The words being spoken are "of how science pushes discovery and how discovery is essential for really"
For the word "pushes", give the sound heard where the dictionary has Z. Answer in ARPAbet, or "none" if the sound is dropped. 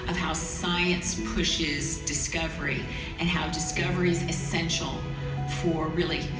Z